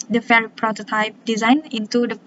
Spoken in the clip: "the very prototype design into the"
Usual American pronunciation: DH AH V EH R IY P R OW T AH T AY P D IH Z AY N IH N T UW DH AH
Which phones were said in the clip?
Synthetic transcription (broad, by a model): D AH F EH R P R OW T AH T AY P D IH Z AY N IH N T UW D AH